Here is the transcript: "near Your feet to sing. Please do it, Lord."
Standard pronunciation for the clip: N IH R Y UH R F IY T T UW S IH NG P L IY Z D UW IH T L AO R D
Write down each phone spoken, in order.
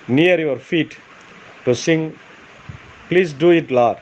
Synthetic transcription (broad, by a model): N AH R Y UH R F IY T T UW S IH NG P L IY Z D UW IH T L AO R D